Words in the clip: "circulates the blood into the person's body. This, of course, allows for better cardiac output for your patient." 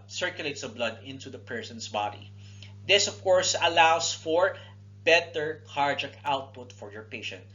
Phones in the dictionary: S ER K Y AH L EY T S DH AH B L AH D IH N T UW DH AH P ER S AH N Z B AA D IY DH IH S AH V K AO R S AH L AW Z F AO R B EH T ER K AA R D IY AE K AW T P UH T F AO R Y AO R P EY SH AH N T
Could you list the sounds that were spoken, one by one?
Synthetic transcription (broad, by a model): S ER K Y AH L EY T S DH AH B L AH D IH N T UW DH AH P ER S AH N S B AA D IY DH IH S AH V K AO R S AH L AW S F AO R B EH T ER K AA R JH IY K AW T P UH T F AO R Y AO R P EY SH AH N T